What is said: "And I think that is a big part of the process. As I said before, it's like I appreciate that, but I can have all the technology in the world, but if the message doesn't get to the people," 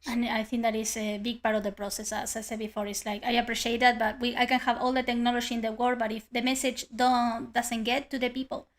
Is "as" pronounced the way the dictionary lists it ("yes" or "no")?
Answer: no